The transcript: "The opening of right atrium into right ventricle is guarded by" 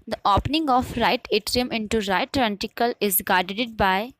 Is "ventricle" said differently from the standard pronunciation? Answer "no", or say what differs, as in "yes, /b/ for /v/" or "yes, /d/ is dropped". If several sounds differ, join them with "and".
yes, /ɹ/ is dropped